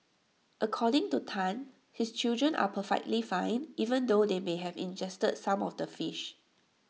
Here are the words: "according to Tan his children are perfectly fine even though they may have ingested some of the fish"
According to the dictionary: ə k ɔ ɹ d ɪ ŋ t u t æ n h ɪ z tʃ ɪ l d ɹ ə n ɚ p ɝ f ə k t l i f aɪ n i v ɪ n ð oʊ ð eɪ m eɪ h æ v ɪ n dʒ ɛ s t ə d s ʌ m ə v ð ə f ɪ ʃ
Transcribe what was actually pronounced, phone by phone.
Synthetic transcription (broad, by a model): ə k ɔ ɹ d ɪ ŋ t u t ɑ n h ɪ s tʃ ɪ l d ɹ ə n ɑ p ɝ f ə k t l i f aɪ n i v ɪ n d oʊ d eɪ m eɪ h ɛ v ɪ n dʒ ɛ s t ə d s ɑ m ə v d ə f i ʃ